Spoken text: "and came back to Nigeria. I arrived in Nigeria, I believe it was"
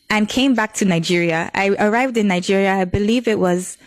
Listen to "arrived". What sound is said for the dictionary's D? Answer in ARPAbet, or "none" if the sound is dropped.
D